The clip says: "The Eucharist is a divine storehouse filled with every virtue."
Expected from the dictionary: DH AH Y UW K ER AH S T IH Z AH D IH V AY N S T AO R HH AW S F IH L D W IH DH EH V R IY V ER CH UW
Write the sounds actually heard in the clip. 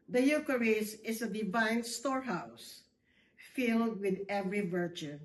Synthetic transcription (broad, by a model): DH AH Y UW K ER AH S IH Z AH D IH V AY N S T AO R HH AW S F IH L D W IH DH EH V R IY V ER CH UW